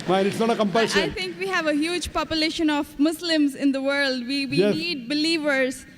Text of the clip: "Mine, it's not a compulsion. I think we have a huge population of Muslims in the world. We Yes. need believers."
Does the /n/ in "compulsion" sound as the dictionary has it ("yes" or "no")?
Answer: no